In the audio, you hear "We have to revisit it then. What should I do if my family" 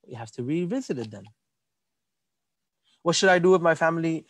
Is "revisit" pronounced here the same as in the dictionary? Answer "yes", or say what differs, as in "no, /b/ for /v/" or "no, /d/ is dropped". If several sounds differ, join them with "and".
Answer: yes